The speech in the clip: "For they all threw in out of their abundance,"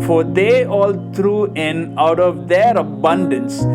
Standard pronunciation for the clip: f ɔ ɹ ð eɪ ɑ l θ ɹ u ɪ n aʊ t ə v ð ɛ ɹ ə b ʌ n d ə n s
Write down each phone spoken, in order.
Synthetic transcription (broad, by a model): f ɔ ɹ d eɪ ɑ l t ɹ u ɪ n aʊ t ə v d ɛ ɹ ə b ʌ n d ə n s